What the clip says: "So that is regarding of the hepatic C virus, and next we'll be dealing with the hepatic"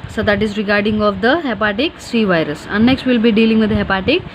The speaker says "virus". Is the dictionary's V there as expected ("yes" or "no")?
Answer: yes